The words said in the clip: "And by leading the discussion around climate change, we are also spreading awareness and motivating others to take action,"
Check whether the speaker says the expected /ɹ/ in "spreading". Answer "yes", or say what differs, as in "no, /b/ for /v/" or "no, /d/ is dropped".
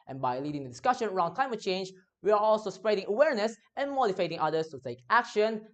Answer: yes